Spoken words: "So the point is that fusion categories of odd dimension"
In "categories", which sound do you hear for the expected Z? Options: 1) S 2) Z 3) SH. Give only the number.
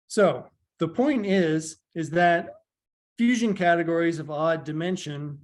2